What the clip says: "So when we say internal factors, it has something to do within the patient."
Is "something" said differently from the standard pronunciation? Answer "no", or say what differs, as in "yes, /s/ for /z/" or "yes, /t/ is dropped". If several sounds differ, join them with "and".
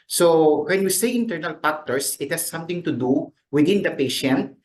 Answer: yes, /t/ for /θ/